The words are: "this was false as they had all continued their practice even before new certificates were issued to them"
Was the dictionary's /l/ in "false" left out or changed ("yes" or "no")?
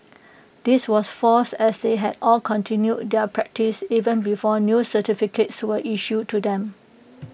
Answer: yes